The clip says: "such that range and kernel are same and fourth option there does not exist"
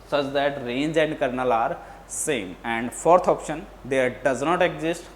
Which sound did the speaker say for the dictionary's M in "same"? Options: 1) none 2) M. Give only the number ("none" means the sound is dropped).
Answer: 2